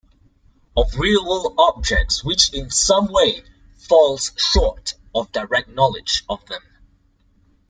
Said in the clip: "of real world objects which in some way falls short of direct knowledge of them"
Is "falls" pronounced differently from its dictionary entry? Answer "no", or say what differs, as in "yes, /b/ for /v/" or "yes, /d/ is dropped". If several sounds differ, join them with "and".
no